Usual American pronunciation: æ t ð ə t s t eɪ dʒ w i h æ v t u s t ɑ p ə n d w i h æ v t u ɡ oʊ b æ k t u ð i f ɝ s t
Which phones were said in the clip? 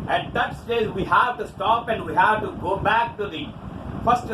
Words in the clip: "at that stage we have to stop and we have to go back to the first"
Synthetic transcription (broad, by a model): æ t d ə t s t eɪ z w i h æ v t u s t ɑ p ə n d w i h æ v t u ɡ oʊ b æ k t u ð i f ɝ s t